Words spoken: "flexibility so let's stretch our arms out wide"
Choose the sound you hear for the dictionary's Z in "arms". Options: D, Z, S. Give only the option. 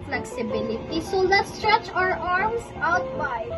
S